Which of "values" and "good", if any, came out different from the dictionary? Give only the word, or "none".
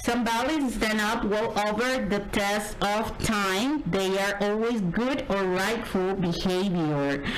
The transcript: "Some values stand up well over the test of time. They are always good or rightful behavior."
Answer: values